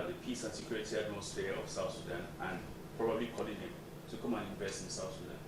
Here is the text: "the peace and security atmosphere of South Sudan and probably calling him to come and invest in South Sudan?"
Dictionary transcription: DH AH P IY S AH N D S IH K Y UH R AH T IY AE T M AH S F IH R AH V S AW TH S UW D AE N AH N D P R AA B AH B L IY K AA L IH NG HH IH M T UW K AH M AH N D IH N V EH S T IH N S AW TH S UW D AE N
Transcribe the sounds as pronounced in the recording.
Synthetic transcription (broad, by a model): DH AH P IY S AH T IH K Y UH L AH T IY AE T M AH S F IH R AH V S AW TH S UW D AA N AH N P R AA B AH B L IY K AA L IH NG HH IH M T UW K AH M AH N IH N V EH S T IH N S AW TH S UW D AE N